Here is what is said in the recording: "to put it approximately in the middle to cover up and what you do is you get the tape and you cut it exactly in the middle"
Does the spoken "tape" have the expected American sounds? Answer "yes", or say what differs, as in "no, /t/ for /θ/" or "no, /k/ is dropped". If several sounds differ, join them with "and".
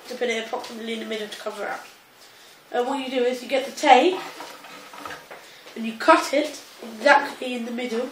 no, /p/ is dropped